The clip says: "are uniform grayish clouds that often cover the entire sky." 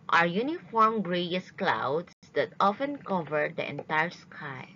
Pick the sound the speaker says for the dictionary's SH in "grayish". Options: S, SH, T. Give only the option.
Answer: S